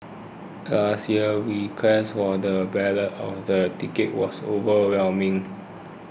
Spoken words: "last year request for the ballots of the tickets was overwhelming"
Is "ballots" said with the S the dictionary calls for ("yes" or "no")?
no